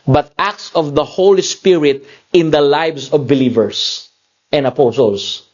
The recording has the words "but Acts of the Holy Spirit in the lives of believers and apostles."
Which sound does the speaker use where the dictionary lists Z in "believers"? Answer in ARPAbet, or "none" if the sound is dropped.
S